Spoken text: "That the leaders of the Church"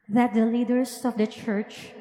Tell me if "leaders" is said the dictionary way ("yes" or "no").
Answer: no